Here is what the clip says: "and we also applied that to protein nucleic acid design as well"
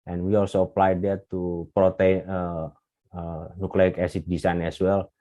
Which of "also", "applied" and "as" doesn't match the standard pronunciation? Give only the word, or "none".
as